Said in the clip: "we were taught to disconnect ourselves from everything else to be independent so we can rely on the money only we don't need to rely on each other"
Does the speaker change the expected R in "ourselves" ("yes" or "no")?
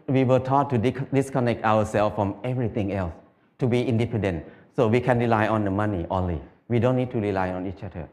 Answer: yes